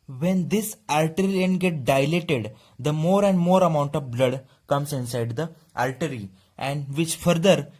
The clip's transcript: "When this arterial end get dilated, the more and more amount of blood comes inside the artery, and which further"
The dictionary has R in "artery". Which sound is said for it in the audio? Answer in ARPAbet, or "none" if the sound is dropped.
L